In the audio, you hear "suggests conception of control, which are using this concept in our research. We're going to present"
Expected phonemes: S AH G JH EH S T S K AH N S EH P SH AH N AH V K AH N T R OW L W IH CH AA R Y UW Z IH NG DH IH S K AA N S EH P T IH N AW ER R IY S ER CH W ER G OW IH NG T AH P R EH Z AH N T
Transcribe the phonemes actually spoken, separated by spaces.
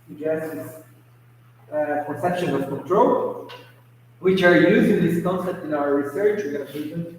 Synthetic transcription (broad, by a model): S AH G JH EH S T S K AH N S EH P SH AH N AH V K AH N T R OW L W IH CH AA R Y UW Z IH NG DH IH S K AA N S EH P T IH N AW ER R IY S ER CH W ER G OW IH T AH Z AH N